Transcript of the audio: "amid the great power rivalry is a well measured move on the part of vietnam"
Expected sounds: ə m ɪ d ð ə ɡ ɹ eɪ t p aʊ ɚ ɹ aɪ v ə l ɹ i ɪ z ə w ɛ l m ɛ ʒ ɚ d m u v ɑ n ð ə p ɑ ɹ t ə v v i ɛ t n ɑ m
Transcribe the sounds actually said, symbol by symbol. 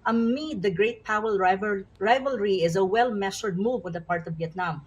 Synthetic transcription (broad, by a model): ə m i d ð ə ɡ ɹ eɪ t p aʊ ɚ ɹ aɪ v ə l ɹ i ɪ z ə w ɛ l m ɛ ʃ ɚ d m u v ɑ n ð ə p ɑ ɹ t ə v v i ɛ t n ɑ m